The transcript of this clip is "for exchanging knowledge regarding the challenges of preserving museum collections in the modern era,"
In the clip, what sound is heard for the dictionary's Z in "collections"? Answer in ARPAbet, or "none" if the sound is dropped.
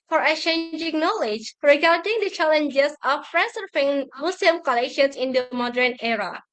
S